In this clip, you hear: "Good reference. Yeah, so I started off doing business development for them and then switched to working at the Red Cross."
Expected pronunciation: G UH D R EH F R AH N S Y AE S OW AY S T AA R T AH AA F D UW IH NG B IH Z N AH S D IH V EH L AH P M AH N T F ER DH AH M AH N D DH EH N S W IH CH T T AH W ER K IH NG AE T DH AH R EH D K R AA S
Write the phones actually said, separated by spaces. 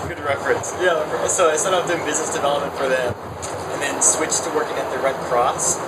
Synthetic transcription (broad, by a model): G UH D R EH F R AH N S Y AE S OW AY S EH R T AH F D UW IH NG B IH Z N AH S D IH V EH L AH P M AH N T F ER DH AH M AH N DH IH N S W IH CH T T AH W ER K IH NG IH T DH AH R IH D K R AA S